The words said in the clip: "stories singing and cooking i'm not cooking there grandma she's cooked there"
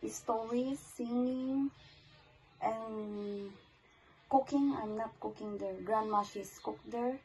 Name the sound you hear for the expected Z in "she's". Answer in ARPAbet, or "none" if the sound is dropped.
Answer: S